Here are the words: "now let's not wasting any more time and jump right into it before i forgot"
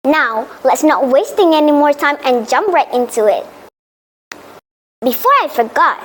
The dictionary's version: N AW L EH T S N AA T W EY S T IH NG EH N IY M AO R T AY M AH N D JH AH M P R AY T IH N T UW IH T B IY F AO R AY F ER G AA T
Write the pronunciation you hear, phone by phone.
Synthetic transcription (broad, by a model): N AW L EH T S N AA T W EY S T IH NG EH N IY M AO R T AY M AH N JH AH M P R AY T IH N T UW IH T B IY F AO R AY F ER G AA T